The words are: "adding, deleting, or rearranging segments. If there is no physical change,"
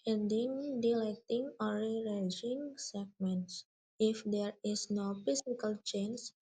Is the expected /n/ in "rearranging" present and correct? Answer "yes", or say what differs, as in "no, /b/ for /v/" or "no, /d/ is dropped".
no, /n/ is dropped